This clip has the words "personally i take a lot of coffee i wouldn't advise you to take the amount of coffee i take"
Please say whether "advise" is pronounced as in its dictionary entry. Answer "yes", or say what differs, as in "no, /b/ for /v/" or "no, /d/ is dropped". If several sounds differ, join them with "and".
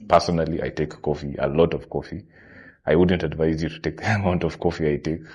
yes